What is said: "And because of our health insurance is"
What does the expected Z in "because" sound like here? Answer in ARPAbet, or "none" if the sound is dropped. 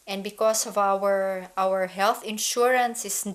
S